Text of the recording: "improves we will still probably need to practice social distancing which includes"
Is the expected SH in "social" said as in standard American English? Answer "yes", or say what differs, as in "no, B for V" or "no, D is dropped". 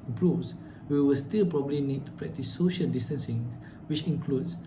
yes